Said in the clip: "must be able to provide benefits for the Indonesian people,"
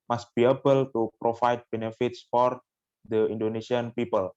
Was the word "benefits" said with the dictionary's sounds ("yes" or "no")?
yes